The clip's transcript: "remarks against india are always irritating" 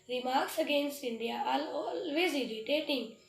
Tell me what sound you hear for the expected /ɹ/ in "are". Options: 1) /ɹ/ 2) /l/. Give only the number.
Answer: 2